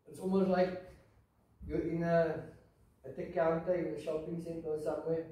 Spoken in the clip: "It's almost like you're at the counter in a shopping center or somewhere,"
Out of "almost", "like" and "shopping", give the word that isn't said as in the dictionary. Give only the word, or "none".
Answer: none